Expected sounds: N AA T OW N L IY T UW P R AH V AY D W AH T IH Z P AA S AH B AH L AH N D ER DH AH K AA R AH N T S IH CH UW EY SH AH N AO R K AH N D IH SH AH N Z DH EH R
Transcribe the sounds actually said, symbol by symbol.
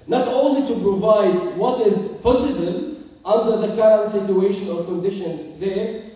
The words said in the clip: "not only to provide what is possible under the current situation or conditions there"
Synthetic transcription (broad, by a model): N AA T OW N L IY T UW P R AH V AY D W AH T IH Z P AA S AH B AH L AH N D ER DH AH K AA R AH N T S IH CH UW EY SH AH N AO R K AH N D IH SH AH N Z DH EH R